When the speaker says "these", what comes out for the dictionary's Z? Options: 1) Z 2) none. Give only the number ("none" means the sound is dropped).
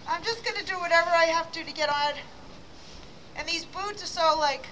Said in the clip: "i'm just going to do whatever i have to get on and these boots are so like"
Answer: 1